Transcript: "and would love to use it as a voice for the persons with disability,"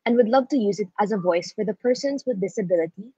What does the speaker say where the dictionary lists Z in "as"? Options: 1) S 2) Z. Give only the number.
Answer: 2